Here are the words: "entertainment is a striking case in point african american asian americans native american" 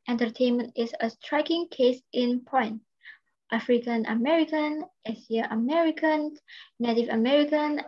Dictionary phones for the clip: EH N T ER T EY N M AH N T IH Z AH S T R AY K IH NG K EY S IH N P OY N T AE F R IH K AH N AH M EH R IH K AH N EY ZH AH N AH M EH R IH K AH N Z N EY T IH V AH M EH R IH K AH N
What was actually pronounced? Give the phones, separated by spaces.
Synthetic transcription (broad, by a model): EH N T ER T EY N M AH N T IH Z AH S T R AY K IH NG K EY S IH N P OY N T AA F R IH K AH N AH M EH R IH K AH N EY S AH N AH M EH R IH K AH N N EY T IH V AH M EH R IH K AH N